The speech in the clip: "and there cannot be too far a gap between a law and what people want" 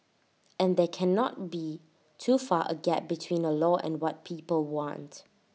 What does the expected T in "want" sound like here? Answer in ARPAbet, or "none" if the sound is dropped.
T